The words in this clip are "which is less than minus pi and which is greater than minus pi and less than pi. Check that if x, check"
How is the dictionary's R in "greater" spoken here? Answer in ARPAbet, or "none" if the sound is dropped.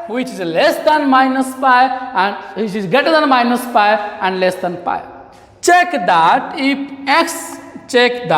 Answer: none